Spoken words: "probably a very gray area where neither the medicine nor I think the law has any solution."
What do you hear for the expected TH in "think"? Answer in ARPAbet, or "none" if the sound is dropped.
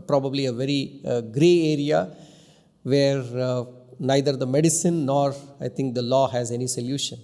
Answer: T